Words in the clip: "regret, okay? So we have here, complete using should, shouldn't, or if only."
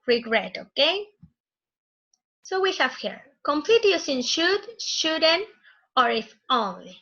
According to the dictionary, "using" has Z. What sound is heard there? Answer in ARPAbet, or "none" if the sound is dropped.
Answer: S